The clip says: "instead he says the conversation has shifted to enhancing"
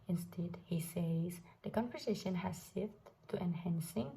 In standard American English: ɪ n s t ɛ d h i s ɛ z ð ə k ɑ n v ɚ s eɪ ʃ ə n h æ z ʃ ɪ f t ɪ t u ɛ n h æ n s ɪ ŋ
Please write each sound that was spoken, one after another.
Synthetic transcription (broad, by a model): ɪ n s t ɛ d h i s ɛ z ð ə k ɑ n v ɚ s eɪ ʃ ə n h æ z s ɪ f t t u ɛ n h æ n s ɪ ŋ